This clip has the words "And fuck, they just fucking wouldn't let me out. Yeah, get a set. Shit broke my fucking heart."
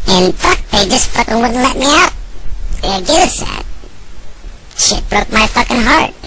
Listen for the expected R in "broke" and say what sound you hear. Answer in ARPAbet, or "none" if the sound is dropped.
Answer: R